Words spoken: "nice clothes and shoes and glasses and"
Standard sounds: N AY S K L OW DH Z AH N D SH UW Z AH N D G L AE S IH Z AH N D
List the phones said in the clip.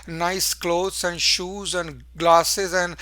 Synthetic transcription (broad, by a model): N AY S K L OW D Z AH N D SH UW Z AH N D G L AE S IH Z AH N D